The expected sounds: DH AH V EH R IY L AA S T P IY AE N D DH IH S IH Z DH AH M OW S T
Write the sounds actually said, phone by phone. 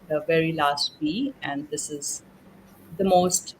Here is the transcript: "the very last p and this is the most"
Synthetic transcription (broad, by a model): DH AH V EH R IY L AA S T B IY AE N D IH S IH Z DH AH M OW S T